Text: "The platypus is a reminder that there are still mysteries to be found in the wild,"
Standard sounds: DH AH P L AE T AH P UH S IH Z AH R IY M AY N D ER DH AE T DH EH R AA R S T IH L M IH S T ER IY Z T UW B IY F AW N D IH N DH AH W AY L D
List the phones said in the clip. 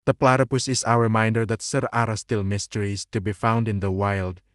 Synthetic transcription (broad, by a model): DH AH P L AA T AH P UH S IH S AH R IY M AY N D ER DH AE T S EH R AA R S T IH L M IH S T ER IY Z T UW B IY F AW N D IH N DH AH W AY L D